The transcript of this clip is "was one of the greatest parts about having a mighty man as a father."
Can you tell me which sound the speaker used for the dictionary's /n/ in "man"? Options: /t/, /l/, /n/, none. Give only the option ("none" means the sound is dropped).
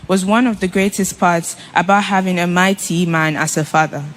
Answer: /n/